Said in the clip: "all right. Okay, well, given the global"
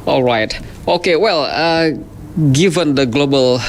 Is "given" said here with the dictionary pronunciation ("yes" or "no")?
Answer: yes